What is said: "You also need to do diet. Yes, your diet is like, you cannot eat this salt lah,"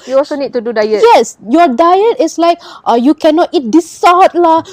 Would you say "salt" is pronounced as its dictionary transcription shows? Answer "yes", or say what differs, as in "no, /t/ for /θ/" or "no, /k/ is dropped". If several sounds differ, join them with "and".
no, /l/ is dropped